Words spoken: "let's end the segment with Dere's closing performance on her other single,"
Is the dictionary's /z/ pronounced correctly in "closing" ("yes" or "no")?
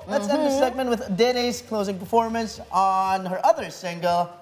yes